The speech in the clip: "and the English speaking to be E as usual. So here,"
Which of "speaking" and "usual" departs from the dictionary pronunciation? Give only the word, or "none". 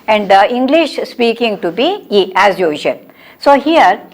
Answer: usual